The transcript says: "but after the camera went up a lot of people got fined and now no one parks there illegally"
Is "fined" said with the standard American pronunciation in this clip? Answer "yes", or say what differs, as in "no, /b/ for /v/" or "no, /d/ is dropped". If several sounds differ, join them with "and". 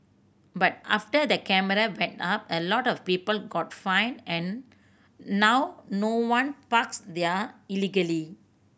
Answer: no, /d/ is dropped